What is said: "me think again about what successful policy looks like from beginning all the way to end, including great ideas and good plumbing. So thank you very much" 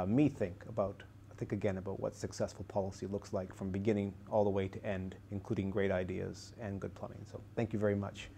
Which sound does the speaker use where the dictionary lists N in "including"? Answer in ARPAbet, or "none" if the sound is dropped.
N